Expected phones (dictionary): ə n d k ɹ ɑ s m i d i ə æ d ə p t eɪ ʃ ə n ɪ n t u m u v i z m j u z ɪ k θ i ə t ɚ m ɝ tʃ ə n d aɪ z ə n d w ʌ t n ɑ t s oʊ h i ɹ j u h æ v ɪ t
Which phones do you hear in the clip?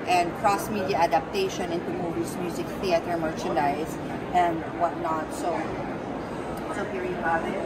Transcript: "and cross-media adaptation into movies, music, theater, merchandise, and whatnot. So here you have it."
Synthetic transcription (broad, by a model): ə n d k ɹ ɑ s m i d i ə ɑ d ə p t eɪ ʃ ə n ɪ n t u m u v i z m j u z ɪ k θ i ə t ɚ m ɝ tʃ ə n d aɪ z ə n d w ʌ t n ɑ t s oʊ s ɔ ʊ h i p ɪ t